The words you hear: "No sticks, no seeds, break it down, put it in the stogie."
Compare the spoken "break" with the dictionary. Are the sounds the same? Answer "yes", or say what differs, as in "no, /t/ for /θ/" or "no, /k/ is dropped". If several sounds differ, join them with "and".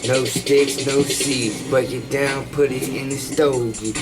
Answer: no, /ɹ/ is dropped